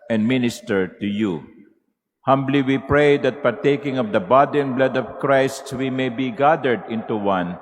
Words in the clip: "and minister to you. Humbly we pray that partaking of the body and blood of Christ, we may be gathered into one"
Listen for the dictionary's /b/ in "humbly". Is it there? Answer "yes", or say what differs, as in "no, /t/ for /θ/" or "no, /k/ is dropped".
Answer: yes